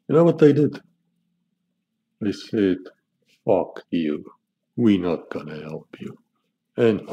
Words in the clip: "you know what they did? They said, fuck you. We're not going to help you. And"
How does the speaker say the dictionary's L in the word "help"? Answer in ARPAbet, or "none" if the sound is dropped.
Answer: L